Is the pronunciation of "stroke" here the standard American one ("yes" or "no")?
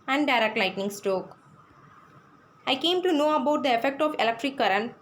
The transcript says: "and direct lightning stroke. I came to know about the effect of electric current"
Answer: no